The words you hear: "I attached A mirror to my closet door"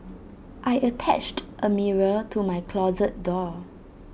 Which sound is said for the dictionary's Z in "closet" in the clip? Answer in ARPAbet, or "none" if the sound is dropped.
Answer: Z